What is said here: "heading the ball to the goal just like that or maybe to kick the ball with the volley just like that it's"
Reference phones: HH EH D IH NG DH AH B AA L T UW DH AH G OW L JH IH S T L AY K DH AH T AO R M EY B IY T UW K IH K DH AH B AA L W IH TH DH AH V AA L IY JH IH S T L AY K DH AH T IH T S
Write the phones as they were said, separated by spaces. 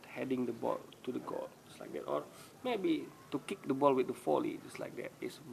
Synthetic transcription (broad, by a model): HH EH D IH NG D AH B AA L T UW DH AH G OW L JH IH S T L AY K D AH T AO R M EY B IY T UW K IH K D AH B AA L W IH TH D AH F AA L IY JH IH S L AY K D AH T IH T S